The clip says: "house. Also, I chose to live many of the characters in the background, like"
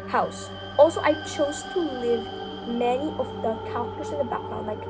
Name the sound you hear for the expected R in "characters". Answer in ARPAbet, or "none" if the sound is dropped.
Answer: none